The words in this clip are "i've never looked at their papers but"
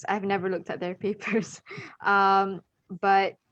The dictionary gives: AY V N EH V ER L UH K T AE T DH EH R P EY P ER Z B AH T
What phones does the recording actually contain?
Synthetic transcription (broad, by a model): AY V N EH V ER L UH K T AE T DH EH R P EY P ER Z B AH T